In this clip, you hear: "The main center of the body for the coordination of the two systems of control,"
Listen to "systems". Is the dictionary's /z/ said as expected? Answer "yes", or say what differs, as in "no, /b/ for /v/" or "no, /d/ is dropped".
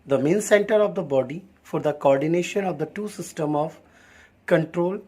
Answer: no, /z/ is dropped